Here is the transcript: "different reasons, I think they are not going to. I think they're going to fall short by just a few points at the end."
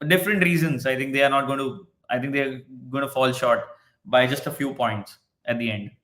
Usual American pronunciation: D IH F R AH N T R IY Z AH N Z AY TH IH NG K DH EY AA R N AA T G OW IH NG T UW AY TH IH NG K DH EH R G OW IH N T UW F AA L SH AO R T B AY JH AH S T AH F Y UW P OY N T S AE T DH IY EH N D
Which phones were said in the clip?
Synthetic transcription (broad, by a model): D IH F R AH N T R IY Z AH N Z AY T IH NG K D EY AA R N AA T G OW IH T UW AY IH NG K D EH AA G OW IH N T UW F AA L SH AO R T B AY JH AH S T AH F Y UW P OY N T S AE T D IY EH N D